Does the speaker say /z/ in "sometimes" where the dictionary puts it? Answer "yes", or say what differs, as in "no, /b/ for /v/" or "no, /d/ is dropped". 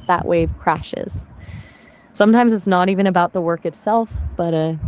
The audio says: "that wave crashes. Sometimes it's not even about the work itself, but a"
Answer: yes